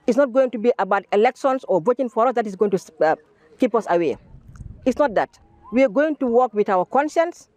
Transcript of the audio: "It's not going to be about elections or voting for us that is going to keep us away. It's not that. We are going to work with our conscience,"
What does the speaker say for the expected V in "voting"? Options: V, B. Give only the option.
B